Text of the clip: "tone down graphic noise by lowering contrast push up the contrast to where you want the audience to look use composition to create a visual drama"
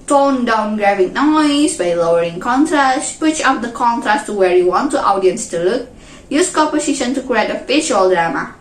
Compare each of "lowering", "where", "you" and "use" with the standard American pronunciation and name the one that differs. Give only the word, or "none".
none